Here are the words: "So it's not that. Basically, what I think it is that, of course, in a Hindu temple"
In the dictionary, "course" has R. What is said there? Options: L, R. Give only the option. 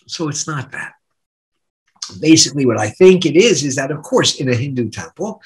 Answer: R